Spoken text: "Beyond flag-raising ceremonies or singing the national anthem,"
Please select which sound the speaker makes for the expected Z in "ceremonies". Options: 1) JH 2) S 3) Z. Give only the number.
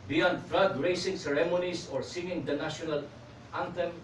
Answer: 2